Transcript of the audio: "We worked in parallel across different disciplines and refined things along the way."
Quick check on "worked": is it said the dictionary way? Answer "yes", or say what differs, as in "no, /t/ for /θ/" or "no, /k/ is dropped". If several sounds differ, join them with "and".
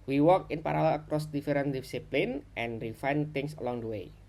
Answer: no, /t/ is dropped